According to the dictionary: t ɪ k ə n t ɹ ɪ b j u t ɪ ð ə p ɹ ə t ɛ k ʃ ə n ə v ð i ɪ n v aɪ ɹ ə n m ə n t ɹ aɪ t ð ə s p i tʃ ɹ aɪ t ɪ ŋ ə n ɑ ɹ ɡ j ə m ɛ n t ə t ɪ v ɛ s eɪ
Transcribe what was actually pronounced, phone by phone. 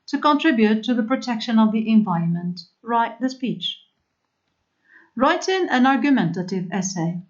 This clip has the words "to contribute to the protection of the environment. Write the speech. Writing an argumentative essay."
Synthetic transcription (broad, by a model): t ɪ k ə n t ɹ ɪ b j u t ɪ ð ə p ɹ ə t ɛ k ʃ ə n ə v ð i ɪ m v aɪ ɹ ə n m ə n t ɹ aɪ t ð ə s p i tʃ ɹ aɪ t ɪ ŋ ə n ɑ ɹ ɡ j ə m ɛ n t ə t ɪ v ɛ s eɪ